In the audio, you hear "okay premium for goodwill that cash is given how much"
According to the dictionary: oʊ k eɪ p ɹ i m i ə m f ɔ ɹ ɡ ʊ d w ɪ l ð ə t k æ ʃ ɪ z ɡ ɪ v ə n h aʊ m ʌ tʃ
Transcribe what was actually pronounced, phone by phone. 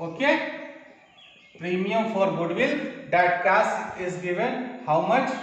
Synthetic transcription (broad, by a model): oʊ k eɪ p ɹ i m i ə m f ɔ ɹ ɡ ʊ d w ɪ l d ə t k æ s ɪ z ɡ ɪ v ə n h aʊ m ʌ tʃ